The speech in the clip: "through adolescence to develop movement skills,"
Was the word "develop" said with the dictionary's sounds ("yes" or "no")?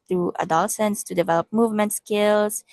yes